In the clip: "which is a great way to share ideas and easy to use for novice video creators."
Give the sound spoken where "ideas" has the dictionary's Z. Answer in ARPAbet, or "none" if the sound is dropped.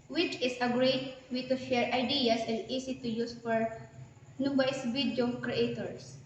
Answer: S